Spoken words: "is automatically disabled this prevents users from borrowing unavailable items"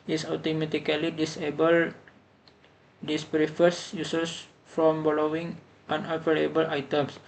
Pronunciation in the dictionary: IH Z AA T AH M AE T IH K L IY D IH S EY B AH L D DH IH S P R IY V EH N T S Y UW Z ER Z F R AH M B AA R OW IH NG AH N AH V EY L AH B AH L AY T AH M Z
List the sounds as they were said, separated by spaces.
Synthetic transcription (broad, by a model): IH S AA T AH M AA T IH K L IY D IH S EY B AH L D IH S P R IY F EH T S Y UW S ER S F R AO M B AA L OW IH NG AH N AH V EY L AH B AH L AY T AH M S